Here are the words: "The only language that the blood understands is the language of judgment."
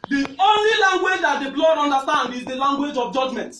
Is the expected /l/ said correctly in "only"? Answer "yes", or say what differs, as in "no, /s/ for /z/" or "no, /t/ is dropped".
yes